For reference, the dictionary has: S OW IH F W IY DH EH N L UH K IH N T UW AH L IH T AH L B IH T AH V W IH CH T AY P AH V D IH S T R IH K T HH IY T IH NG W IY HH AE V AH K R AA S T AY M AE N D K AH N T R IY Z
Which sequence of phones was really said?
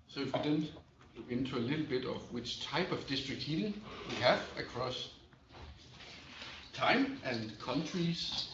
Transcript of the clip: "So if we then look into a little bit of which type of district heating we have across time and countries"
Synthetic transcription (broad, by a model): S OW IH F W IY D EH N W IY IH N T UW AH L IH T L B IH T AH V W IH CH T AY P AH V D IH S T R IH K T HH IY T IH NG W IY HH AE V AH K R AA S T AY M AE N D K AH N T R IY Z